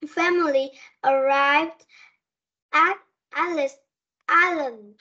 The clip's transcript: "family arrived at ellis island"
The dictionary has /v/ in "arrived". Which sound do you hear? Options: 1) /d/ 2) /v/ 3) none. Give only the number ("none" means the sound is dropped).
2